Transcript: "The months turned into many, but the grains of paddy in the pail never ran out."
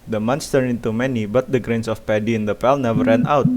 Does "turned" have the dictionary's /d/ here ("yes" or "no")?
no